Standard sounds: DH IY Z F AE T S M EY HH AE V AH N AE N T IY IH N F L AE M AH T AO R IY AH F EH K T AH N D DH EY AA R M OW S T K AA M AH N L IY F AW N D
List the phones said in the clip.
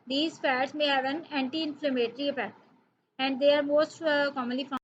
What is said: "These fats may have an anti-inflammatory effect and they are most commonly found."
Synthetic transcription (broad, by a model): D IY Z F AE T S M EY HH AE V AH N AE N T IY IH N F L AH M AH T R IY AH P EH T AH N D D EY AA R M OW S T K AA M AH N L IY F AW